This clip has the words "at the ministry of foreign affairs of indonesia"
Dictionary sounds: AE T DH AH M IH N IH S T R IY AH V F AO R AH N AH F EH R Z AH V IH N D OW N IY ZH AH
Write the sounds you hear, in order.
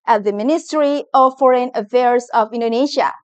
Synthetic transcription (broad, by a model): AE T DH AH M IH N IH S T R IY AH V F AO R AH N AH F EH R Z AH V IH N D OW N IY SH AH